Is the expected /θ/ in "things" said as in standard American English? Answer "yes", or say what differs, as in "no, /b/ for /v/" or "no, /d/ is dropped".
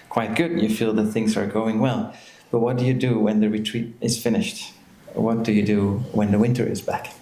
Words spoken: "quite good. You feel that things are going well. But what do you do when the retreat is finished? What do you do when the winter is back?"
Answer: yes